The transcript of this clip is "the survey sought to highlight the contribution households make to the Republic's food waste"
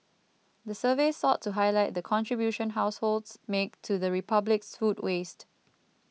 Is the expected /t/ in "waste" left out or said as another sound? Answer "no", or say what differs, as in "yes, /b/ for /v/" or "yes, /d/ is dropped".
no